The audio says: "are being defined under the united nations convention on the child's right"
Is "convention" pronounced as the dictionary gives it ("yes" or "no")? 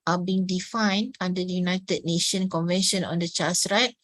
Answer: yes